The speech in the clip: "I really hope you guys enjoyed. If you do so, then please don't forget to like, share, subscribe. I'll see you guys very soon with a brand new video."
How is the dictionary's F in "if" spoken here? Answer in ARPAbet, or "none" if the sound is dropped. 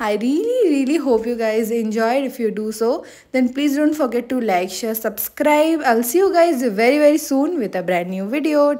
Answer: F